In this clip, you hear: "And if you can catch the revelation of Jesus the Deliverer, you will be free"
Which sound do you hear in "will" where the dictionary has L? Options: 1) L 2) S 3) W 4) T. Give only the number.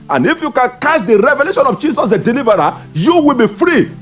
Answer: 1